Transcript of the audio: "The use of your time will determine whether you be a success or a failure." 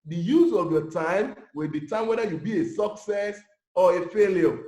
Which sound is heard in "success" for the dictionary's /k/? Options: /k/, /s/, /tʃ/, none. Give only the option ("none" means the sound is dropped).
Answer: /k/